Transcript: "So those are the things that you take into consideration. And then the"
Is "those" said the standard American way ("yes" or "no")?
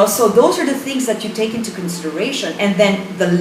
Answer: yes